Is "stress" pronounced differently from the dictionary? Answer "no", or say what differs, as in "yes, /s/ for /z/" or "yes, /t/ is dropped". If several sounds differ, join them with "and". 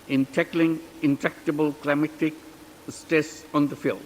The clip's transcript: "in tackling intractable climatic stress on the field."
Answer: yes, /ɹ/ is dropped